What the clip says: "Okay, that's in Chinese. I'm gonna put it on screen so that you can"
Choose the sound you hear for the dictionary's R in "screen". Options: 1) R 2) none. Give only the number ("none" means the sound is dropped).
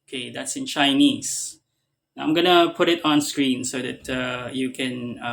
1